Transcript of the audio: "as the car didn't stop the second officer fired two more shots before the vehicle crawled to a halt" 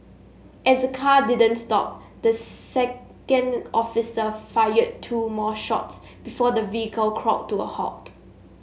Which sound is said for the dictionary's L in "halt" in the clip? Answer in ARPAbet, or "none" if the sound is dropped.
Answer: none